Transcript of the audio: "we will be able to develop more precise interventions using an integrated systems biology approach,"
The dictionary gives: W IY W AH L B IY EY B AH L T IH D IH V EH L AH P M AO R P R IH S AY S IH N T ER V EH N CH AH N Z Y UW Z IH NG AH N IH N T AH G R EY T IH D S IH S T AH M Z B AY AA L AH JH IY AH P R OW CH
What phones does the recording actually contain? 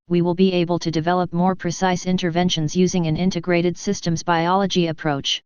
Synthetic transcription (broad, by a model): W IY W AH L B IY EY B AH L T IH D IH V EH L AH P M AO R P R IH S AY S IH N T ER V EH N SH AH N Z Y UW Z IH NG AH N IH N T AH G R EY T IH D S IH S T AH M Z B AY AA L AH JH IY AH P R OW CH